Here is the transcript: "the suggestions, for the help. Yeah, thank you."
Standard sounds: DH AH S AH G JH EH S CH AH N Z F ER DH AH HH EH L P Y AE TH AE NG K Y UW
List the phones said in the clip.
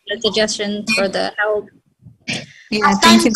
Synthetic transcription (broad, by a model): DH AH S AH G JH EH S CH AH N F ER DH AH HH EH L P Y AE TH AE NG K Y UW